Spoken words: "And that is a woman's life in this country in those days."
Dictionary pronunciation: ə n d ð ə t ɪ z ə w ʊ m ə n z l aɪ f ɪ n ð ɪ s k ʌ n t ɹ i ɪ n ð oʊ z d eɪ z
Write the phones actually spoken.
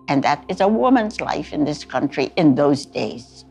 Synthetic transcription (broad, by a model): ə n ð ə t ɪ z ə w ʊ m ə n z l aɪ f ɪ n ð ɪ s k ʌ n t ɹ i ɪ n ð oʊ z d eɪ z